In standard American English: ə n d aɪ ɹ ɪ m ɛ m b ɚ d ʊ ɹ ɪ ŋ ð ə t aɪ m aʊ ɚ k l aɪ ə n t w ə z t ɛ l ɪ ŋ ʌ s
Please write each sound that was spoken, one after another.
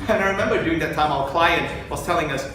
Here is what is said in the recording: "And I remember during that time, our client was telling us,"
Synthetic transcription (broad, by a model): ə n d aɪ ɹ ɪ m ɛ m b ɚ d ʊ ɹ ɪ ŋ ð ə t aɪ m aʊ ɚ k l aɪ ə n t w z t ɛ l ɪ ŋ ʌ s